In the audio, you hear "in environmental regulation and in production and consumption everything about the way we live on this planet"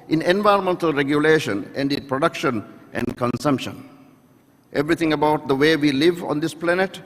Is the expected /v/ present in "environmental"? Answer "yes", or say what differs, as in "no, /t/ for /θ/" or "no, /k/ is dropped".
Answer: yes